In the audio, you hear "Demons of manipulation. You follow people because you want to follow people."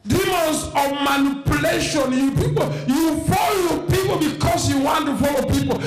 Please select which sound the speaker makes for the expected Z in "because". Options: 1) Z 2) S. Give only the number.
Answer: 2